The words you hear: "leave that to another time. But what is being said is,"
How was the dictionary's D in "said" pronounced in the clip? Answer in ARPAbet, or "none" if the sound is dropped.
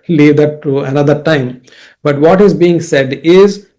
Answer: D